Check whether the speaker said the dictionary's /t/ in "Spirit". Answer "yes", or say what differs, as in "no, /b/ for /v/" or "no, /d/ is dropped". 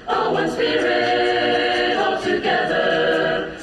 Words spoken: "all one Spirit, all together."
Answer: no, /t/ is dropped